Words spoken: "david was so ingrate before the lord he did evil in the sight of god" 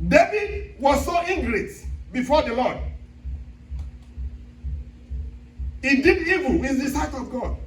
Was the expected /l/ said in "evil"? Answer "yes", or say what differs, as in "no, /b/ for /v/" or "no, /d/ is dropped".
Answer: no, /w/ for /l/